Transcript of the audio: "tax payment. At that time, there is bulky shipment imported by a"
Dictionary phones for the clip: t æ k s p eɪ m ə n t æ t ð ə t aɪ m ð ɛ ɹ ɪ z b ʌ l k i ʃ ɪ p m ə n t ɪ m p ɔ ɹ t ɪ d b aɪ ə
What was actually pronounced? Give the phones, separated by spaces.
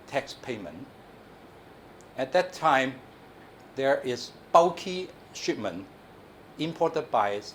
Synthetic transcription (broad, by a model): t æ k s p eɪ m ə n æ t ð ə t aɪ m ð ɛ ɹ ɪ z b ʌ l k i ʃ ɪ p m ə n ɪ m p ɔ t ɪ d b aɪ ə